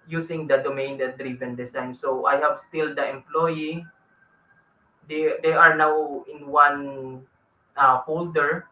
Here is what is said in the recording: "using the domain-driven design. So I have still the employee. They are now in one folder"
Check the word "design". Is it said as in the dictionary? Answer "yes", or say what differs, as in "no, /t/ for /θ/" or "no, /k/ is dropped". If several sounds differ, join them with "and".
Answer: no, /s/ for /z/